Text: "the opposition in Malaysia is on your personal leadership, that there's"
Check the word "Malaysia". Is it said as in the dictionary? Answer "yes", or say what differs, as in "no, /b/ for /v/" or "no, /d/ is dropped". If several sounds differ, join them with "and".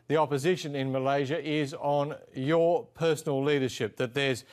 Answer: yes